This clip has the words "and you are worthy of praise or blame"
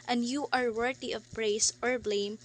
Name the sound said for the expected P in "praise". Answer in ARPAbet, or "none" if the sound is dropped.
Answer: B